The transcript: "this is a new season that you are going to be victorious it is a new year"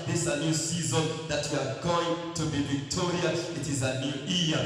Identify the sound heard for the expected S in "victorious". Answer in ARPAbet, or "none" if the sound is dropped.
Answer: none